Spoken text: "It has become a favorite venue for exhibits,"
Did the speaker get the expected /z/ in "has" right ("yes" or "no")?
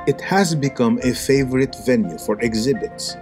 yes